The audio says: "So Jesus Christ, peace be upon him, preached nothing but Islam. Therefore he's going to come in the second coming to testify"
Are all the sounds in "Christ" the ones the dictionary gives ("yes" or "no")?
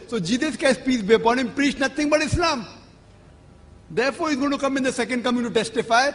no